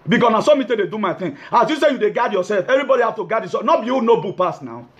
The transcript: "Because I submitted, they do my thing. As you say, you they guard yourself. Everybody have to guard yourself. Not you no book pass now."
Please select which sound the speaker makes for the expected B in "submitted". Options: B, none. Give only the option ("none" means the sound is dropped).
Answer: none